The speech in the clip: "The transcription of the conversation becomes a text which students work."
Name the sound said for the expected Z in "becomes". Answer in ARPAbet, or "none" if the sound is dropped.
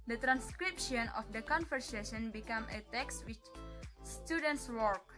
none